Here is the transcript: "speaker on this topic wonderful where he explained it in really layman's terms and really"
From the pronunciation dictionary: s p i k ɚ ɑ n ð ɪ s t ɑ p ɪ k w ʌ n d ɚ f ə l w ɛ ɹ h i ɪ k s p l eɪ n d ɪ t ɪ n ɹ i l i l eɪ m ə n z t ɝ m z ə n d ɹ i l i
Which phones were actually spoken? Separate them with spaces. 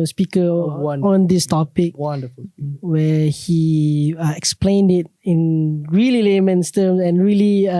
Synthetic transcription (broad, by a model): s p i k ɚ ɑ n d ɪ s t ɑ p ɪ k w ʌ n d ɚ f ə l w ɛ h i ɪ k s p l eɪ n d ɪ t ɪ n ɹ i l i l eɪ m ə n s t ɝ m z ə n ɹ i l i